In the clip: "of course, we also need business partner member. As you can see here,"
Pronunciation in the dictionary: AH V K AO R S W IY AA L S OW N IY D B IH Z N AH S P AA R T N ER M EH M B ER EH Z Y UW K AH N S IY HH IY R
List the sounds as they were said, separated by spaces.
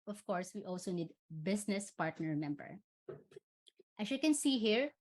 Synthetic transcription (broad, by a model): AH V K AO R S W IY AA L S OW N IY D B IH S N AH S P AA R T N ER M EH M B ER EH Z Y UW K AH N S IY HH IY R